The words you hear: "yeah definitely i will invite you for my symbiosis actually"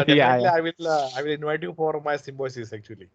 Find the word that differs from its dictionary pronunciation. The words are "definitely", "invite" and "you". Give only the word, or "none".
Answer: definitely